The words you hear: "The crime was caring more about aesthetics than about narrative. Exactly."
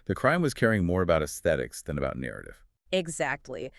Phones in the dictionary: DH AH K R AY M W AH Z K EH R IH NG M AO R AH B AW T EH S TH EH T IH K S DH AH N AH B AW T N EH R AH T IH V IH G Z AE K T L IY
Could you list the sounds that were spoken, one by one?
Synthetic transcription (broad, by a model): DH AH K R AY M W AH Z K EH R IH NG M AO R AH B AW T EH S TH EH T IH K S DH AH N AH B AW T N EH R AH T IH V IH G Z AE K T L IY